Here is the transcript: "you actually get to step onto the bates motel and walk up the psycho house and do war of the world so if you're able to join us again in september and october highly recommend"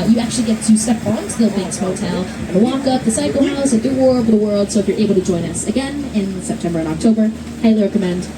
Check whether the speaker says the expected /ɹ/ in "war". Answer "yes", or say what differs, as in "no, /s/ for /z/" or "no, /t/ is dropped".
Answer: yes